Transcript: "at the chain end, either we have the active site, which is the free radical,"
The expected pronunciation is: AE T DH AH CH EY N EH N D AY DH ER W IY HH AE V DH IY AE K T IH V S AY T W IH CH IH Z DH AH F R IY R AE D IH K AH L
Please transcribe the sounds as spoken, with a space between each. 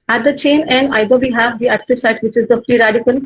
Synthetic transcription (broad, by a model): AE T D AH CH EY N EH N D AY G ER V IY HH AE V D IY AE K T IH V S AY T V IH CH IH Z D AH P R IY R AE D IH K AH L